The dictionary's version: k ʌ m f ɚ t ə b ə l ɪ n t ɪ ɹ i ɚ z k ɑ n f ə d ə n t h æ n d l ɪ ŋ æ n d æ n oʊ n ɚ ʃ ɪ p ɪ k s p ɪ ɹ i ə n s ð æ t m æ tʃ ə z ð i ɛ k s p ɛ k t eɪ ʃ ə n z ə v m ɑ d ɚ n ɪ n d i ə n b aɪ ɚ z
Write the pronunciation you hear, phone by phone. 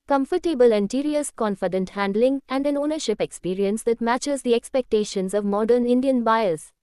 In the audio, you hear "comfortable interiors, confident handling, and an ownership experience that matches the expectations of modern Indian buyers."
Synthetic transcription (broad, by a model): k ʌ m f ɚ t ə b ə l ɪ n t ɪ ɹ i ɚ s k ɑ n f ə d ə n t h æ n d l ɪ ŋ æ n d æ n oʊ n ɚ ʃ ɪ p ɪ k s p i ɹ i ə n s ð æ t m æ tʃ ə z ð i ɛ k s p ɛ k t eɪ ʃ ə n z ə v m ɑ d ɚ n ɪ n d i ə n b aɪ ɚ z